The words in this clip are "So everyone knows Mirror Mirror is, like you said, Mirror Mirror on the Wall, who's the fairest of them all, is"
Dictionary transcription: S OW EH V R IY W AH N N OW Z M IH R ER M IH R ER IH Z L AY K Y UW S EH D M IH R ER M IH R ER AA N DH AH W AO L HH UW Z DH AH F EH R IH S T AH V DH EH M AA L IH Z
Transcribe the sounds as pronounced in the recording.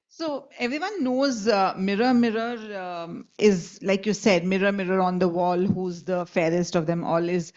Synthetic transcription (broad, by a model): S OW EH V R IY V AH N N OW Z M IH R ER M IH R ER IH Z L AY K Y UW S EH D M IH R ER M IH R ER AA N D AH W AO L HH UW Z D AH F EH R IH S T AH V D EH M AA L IH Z